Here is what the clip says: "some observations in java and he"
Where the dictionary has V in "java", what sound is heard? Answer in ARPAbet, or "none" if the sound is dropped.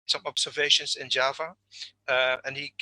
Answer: V